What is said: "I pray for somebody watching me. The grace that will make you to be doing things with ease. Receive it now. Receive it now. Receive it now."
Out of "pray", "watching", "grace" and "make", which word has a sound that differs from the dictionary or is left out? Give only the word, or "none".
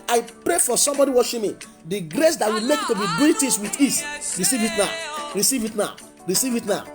watching